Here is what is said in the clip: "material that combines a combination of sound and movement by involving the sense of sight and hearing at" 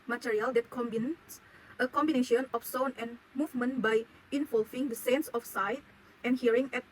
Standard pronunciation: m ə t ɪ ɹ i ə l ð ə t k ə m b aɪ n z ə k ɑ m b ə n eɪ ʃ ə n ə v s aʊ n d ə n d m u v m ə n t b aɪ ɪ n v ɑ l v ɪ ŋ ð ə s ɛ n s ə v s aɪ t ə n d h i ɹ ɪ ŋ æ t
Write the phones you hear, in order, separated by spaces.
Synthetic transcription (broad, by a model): m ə t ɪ ɹ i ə l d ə t k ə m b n s ə k ɑ m b ə n eɪ ʃ ə n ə f s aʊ n ə n m u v m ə n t b aɪ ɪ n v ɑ l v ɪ ŋ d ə s ɛ n s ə f s aɪ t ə n h i ɹ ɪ ŋ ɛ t